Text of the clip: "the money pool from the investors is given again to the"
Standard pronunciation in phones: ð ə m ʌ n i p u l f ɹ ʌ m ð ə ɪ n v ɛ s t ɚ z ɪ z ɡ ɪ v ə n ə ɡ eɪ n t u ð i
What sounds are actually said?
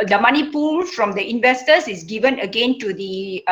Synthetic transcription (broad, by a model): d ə m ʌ n i p u l f ɹ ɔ m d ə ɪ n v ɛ s t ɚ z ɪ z ɡ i v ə n ə ɡ eɪ n t u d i